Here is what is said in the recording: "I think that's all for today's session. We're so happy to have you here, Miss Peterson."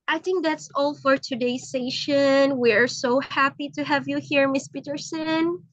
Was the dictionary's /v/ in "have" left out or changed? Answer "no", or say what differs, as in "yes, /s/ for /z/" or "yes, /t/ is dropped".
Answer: no